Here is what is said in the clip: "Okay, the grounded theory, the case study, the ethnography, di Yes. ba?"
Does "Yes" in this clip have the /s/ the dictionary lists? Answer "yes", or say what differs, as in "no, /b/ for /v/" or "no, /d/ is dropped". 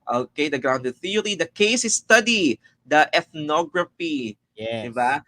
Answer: no, /s/ is dropped